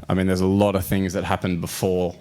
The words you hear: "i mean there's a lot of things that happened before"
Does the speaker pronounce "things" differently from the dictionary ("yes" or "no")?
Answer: no